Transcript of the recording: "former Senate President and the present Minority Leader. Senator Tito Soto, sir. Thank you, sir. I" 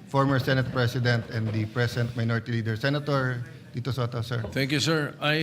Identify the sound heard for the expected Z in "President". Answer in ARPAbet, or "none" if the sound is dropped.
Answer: S